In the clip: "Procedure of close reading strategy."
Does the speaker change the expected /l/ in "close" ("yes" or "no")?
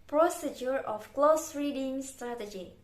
no